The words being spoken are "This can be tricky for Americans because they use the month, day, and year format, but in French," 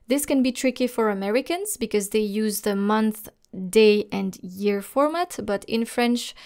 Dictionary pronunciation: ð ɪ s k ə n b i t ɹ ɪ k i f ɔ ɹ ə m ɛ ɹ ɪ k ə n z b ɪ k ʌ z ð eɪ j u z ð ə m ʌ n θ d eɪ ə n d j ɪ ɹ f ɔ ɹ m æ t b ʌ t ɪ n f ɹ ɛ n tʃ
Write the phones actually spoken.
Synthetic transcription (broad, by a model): ð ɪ s k ə n b i t ɹ ɪ k i f ɔ ɹ ə m ɛ ɹ ɪ k ə n z b ɪ k ʌ z ð eɪ j u z ð ə m ʌ n θ d eɪ ə n d j ɪ ɹ f ɔ ɹ m æ t b ʌ t ɪ n f ɹ ɛ n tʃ